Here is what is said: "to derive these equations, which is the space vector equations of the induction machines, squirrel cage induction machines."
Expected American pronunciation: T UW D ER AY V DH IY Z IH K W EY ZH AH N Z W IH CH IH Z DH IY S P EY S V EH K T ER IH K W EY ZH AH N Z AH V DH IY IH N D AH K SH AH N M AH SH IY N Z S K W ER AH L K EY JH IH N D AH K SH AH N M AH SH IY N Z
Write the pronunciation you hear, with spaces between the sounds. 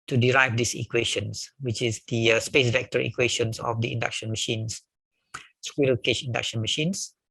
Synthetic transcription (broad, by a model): T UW D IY AY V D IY S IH K W EY SH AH N S W IH CH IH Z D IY S P EY S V EH K T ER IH K W EY SH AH N S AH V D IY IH N D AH K SH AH N M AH SH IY N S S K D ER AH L K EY SH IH N D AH K SH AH N M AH SH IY N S